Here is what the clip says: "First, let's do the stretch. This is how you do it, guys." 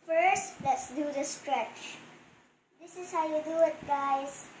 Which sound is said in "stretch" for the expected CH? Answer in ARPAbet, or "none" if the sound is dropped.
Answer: CH